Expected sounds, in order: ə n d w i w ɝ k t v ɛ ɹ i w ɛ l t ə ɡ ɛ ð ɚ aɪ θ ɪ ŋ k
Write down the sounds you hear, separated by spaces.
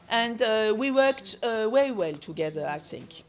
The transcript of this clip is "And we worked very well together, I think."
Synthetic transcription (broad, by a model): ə n d w i w ɝ k t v ɛ ɹ i w ɛ l t ə ɡ ɛ ð ɚ aɪ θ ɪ ŋ k